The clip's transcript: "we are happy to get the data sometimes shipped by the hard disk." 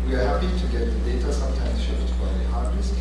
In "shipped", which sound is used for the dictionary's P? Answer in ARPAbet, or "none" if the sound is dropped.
F